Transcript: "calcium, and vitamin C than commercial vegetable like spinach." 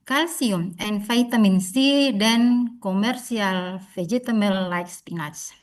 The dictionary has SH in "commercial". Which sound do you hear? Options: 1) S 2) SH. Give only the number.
1